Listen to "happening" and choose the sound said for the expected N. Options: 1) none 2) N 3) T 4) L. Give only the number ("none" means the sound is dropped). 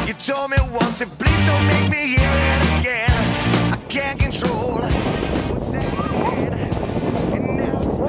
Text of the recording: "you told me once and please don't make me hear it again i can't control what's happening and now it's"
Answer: 1